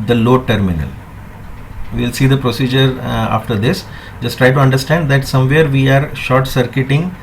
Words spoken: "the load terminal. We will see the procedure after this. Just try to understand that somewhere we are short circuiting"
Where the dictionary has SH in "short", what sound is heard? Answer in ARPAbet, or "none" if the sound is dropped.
SH